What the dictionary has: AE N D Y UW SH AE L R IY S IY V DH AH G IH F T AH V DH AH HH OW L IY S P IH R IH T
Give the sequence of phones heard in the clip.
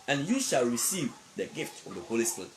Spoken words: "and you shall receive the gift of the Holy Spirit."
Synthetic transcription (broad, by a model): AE N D Y UW SH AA L R IY S IY V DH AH G IH F T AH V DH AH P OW L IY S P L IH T